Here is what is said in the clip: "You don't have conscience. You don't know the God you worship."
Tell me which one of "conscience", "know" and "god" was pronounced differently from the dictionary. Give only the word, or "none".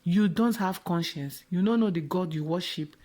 none